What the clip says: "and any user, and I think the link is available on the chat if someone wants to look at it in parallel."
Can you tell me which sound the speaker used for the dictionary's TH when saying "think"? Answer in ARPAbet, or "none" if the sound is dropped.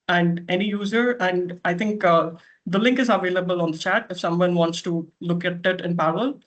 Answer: T